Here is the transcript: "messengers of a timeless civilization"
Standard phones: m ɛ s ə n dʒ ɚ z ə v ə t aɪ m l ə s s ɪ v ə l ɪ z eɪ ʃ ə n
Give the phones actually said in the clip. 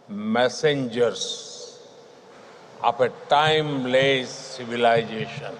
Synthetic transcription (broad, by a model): m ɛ s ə n dʒ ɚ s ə p ə t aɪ m l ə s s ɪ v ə l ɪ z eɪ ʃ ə n